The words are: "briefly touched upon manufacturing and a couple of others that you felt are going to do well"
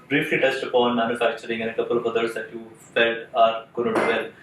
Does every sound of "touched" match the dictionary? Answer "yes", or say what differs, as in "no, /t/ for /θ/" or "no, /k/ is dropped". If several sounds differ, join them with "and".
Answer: no, /s/ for /tʃ/